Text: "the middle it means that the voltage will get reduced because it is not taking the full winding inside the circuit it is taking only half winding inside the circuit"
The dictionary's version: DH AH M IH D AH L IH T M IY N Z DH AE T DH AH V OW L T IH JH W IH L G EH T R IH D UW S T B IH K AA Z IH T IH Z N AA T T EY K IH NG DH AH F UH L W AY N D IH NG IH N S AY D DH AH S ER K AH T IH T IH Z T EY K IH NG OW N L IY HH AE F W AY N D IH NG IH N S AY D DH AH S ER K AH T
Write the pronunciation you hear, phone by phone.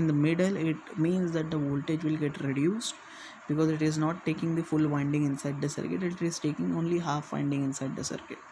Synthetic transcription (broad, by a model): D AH M IH D AH L IH T M IY N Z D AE T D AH V OW L T IH JH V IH L G EH T R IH D UW S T B IH K AA Z IH T IH Z N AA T T EY K IH NG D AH F UH L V AY N D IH NG IH N S AY D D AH S ER K AH T IH T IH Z T EY K IH NG OW N L IY HH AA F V AY N D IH NG IH N S AY D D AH S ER K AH T